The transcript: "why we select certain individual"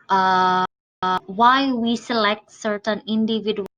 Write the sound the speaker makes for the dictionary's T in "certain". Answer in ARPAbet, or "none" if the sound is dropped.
T